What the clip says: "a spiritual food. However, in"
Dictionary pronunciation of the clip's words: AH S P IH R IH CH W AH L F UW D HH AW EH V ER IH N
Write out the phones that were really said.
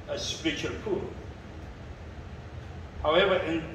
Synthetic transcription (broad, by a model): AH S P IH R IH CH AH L P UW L HH AW EH V ER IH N